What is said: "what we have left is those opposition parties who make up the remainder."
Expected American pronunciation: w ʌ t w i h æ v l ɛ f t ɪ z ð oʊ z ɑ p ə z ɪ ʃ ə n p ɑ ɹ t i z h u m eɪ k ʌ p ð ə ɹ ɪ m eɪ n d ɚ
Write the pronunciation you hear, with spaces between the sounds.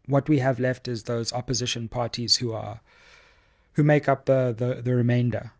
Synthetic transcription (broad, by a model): w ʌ t w i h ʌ v l ɛ f t ɪ z ð oʊ z ɑ p ə z ɪ ʃ ə n p ɑ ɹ t i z h u m eɪ k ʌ p ð ə ɹ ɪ m eɪ n d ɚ